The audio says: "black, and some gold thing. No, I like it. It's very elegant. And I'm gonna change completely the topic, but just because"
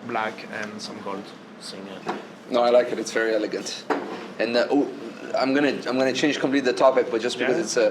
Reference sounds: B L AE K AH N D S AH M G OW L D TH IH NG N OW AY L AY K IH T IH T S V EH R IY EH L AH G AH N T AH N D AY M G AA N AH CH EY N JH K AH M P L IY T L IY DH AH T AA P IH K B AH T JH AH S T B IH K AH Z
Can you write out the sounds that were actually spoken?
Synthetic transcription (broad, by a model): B L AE K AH N S AH M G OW L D S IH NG N OW AY L AY K IH T IH T S V EH R IY EH L AH G AH N T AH N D AY M G AA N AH CH EY N JH K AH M P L IY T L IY DH AH T AA P IH K B AH T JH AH S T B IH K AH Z